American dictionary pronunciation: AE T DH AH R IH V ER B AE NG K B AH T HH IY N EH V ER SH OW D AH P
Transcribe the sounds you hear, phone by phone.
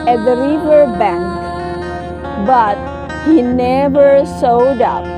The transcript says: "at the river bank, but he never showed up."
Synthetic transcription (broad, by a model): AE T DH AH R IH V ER B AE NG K B AH T HH IY N EH V ER S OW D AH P